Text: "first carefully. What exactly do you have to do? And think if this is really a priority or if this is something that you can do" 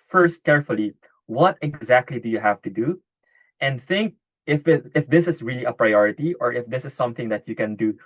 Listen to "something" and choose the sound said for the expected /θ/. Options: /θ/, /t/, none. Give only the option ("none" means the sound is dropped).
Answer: /θ/